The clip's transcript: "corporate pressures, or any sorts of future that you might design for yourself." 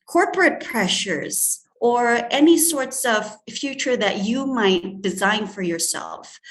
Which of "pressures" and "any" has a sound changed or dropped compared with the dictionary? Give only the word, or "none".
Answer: none